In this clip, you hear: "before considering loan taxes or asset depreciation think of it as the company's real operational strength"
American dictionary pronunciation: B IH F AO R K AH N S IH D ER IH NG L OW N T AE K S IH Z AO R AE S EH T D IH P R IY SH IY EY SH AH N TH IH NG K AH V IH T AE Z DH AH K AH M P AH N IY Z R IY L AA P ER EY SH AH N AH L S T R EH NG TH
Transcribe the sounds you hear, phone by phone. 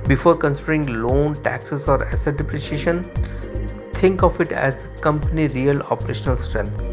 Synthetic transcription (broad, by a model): B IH F AO R K AH N S IH D ER IH NG L OW N T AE K S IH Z AO R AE S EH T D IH P R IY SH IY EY SH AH N T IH NG K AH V IH T AE Z K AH M P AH N IY R IY L AA P ER EY SH AH N AH L S T R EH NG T